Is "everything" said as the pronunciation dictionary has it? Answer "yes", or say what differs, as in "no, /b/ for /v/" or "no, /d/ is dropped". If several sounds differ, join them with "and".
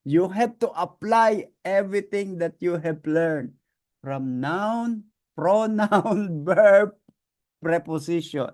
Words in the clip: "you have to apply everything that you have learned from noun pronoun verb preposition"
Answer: no, /t/ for /θ/